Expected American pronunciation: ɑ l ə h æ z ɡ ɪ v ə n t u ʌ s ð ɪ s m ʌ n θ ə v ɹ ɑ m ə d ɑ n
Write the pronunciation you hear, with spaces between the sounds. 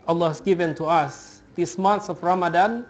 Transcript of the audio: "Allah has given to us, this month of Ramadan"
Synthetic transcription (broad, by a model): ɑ l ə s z ɡ ɪ v ə n t u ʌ s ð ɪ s m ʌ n s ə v ɹ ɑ m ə d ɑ n